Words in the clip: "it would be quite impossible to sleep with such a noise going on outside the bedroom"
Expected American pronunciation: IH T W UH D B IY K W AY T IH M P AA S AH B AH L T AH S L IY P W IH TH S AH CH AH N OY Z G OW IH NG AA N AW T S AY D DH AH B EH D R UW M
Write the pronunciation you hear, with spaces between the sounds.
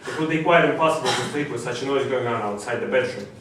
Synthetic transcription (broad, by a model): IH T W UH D B IY K W AY T IH M P AA S AH B AH L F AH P IY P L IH S AH CH AH N OY Z G OW IH NG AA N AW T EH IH DH AH B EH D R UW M